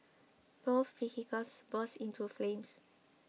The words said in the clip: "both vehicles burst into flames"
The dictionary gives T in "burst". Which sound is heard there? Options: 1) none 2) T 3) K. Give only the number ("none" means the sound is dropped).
1